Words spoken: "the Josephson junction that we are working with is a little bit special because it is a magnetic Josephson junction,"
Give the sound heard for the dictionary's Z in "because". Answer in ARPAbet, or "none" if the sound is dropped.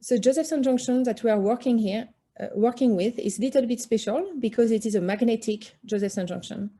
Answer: Z